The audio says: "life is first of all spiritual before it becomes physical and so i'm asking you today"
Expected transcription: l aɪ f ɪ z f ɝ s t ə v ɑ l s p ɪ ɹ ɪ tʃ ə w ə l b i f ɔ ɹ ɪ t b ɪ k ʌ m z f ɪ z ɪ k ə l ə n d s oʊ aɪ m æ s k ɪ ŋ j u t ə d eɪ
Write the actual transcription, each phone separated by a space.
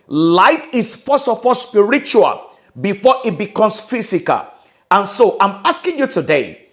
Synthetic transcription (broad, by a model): l aɪ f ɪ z f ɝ s ə f ɑ s p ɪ ɹ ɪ tʃ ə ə l b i f ɔ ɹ ɪ t b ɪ k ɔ m s f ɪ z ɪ k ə l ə n s oʊ aɪ m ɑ s k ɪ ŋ j u t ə d eɪ